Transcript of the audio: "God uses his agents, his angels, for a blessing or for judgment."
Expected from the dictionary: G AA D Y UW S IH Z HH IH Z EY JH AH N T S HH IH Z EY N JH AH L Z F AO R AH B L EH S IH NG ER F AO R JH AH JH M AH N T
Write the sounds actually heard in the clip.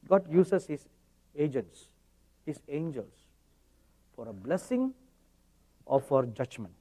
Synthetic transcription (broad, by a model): G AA D Y UW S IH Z HH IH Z EY JH AH N T S HH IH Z EY N JH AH L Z F AO R AH B L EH S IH NG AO F AO R JH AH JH M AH N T